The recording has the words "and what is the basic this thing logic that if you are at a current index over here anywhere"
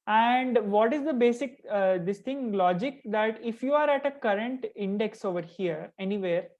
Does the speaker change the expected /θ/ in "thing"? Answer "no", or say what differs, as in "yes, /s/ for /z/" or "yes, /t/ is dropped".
yes, /t/ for /θ/